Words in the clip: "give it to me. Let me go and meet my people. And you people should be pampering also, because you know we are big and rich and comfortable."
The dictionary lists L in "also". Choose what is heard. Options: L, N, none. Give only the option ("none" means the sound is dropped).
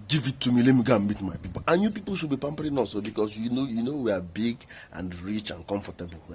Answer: none